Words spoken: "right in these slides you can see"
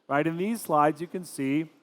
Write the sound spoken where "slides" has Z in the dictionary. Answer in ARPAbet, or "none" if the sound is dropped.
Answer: Z